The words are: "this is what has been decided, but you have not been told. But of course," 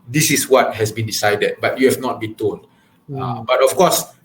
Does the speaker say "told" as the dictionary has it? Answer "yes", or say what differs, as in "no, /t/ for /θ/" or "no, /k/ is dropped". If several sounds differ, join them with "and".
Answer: no, /n/ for /l/